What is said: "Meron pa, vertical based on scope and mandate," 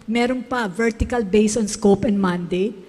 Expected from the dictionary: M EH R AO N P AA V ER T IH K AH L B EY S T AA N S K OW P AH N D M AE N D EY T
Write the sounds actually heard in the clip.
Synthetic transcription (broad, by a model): M EH R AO N P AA V ER T IH K AH L B EY S AA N S K OW P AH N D M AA N D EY T